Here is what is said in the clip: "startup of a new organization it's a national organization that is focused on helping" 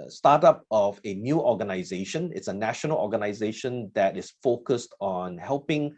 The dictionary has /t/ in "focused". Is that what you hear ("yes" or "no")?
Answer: yes